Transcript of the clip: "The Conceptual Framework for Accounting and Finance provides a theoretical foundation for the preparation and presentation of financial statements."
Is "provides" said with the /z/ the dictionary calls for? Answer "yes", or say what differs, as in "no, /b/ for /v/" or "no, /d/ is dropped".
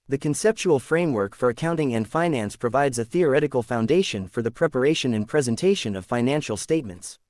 yes